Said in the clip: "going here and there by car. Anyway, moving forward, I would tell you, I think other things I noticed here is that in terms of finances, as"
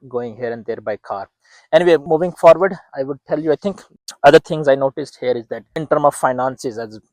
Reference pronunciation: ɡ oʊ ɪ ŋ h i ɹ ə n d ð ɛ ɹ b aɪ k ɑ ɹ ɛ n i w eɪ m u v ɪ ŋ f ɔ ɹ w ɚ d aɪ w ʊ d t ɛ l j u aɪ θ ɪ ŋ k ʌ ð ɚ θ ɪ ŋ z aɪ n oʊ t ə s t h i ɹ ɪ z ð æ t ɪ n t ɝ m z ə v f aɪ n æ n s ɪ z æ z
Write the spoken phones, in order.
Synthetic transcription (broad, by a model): ɡ oʊ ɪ ŋ h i ɹ ə n d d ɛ ɹ b aɪ k ɑ ɹ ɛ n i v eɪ m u v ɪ ŋ f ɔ ɹ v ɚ d aɪ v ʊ d t ɛ l j u aɪ t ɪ ŋ k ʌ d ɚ t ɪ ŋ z aɪ n oʊ t ə s t h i ɹ ɪ z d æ t ɪ n t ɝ m ə v f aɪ n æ n s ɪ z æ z